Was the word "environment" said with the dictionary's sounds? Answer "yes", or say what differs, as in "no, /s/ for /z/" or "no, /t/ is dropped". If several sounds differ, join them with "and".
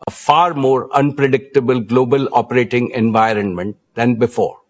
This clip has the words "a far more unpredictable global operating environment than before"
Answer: yes